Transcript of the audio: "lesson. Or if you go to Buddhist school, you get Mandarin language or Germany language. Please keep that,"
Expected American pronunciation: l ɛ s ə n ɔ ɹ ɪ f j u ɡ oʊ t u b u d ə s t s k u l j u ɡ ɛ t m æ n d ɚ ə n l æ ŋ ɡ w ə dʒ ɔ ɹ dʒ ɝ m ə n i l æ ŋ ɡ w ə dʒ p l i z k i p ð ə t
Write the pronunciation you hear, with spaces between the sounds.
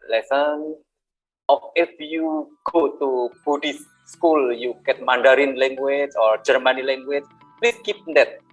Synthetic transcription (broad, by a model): l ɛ s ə n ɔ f ɪ f j u ɡ oʊ t u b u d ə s s k u l j u ɡ ɛ t m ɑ n d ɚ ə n l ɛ ŋ ɡ w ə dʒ ɔ ɹ dʒ ɝ m ə n i l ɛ ŋ ɡ w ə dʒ p l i s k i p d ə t